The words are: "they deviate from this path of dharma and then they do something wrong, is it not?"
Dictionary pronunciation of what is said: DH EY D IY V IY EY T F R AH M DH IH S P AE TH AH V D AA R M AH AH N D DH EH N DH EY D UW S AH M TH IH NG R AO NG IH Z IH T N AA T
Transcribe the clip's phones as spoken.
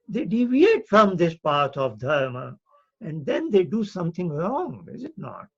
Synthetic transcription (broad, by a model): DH EY D IY V IY EY T F R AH M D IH S P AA T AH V D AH R M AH AH N D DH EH N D EY D UW S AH M T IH NG R AO NG IH Z IH T N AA T